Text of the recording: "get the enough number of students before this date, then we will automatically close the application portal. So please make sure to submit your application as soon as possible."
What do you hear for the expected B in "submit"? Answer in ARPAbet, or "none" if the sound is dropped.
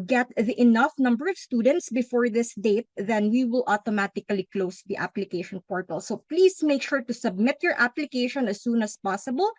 B